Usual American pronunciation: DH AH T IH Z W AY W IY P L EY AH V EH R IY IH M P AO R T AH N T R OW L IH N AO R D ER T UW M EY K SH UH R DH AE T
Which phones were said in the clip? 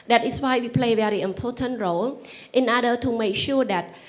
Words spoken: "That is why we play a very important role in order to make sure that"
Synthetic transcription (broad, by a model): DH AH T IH S W AY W IY P L EY AH V EH R IY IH M P AO T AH N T R OW L IH N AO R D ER T UW M EY K SH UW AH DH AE T